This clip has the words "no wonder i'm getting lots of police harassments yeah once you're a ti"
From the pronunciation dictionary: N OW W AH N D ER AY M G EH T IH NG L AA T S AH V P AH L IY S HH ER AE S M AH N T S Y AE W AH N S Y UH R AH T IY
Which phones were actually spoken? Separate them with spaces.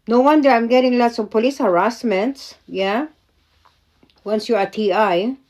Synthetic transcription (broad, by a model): N OW W AH N D ER AY M G EH T IH NG L AA T S AH V P AH L IY S HH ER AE S M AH N T S Y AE W AH N S Y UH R AH T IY